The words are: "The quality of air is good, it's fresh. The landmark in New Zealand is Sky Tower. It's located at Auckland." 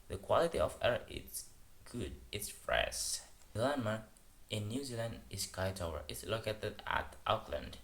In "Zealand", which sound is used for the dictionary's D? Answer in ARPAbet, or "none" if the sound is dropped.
D